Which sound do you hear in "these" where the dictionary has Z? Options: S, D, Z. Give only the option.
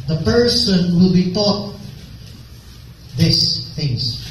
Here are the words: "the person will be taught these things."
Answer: S